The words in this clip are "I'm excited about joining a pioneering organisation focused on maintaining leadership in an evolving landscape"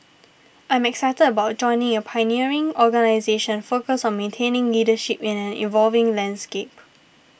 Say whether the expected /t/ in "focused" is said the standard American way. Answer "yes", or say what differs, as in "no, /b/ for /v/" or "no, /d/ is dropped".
no, /t/ is dropped